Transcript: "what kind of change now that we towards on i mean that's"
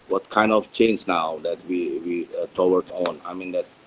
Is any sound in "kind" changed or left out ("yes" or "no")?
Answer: no